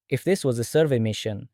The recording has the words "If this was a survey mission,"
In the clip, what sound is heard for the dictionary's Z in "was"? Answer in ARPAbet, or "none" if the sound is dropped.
Z